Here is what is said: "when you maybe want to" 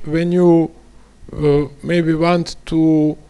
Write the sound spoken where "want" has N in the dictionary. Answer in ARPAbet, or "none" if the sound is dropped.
N